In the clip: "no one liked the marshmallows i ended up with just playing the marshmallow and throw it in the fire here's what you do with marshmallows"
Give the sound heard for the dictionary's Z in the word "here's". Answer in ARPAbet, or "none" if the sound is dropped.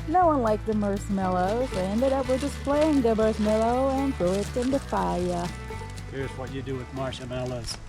Z